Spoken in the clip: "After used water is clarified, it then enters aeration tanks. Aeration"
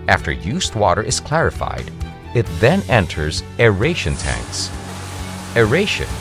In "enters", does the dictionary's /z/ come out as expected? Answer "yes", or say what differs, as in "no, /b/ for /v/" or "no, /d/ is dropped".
yes